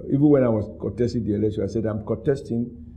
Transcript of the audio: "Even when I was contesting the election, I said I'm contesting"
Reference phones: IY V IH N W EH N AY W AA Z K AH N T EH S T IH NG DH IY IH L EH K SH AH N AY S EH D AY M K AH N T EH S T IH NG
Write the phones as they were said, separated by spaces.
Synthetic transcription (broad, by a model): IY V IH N W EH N AY W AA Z K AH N T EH S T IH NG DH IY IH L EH SH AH AY S EH D AY M K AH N T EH S T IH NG